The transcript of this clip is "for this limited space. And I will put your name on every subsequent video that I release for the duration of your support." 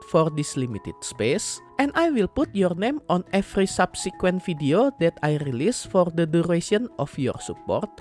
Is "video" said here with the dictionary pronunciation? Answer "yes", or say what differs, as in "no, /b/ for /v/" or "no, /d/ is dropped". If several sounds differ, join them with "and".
no, /f/ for /v/